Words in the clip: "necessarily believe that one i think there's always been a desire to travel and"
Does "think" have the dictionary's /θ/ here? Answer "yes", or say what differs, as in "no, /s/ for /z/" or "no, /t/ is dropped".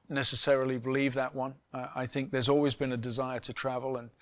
yes